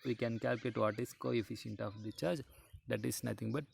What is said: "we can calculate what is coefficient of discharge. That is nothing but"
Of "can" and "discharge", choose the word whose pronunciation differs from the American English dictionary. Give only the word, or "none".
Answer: discharge